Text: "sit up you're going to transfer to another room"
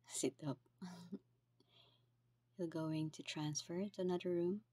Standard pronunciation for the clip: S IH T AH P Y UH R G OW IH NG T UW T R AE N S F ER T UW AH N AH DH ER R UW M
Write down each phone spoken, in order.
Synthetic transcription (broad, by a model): S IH T AH P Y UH L G OW IH NG T UW T R AE N S F ER T UW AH N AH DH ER R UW M